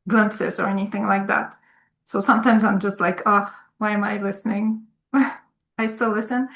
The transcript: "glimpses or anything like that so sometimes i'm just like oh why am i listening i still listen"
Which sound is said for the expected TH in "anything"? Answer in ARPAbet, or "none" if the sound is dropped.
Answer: TH